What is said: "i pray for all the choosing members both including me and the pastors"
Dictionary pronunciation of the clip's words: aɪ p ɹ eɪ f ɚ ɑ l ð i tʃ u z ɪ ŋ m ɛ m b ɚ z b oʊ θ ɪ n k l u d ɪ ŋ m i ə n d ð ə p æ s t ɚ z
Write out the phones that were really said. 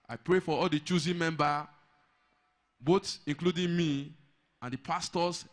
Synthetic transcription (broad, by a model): aɪ p ɹ eɪ f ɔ ɑ l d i tʃ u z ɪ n m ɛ m b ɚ b oʊ s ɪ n k l u d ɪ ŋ m i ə n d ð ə p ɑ s t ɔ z